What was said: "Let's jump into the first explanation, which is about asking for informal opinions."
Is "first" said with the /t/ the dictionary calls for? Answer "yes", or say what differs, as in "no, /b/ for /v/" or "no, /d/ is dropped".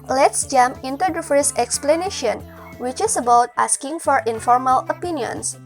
no, /t/ is dropped